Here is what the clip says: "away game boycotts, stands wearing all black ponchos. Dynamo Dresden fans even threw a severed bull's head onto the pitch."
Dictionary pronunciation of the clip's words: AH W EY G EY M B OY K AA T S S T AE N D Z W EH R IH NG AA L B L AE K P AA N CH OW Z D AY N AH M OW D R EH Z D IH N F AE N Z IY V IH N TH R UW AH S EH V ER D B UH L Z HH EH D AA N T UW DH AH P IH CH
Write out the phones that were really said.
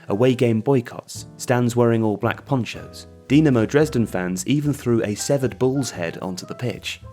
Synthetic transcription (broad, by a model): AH W EY G EY M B OY K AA T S S T AE N D Z W EH R IH NG AA L B L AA K P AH N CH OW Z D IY N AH M OW D R EH Z D IH N F AE N Z IY V IH N TH R UW AH S EH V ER D B UH L Z HH EH D AA N T UW DH AH P IH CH